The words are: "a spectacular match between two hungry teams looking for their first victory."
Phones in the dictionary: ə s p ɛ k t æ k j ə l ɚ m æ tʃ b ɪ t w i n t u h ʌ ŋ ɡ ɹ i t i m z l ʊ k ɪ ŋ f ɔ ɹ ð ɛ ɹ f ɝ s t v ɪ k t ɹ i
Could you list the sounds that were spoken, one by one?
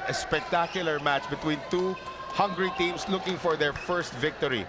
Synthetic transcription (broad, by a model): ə s p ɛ k t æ k j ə l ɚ m æ tʃ b ɪ t w i n t u h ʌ ŋ ɡ ɹ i t i m s l ʊ k ɪ ŋ f ɔ ɹ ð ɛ ɹ f ɝ s t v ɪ k t ɹ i